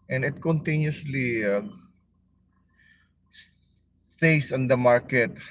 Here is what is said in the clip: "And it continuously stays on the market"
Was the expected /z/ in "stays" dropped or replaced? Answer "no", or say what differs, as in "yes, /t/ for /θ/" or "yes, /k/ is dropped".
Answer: yes, /s/ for /z/